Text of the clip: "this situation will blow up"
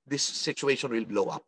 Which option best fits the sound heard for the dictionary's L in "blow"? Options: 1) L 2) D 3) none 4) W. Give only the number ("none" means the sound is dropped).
1